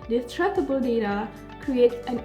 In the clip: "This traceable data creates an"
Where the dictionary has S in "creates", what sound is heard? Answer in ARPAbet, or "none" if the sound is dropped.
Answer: none